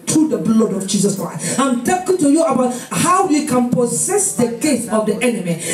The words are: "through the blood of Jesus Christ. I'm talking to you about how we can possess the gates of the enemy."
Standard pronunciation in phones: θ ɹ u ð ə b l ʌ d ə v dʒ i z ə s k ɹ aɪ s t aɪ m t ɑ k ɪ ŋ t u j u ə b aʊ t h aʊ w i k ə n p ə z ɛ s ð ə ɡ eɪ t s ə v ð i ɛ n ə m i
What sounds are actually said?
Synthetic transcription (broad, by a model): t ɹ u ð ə b l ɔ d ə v dʒ i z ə s k ɹ aɪ s t aɪ m t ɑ k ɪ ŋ t u j u ə b aʊ t h aʊ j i k ə n p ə s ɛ s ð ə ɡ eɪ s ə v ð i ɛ n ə m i